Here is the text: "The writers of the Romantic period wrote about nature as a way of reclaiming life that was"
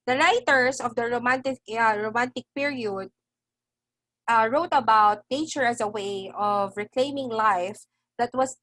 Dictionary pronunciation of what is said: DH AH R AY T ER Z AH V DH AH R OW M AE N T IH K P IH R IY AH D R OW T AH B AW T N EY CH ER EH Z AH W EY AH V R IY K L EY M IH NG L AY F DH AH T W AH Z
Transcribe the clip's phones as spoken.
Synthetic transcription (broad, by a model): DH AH R AY T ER S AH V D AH R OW M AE N T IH K P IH R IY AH D R OW T AH B AW T N EY CH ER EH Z AH W EY AH V R IY K L EY M IH NG L AY F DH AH T W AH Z